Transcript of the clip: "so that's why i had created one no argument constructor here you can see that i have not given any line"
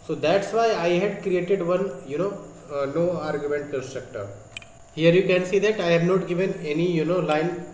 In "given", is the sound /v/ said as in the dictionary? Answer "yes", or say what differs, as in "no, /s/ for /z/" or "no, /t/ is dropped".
yes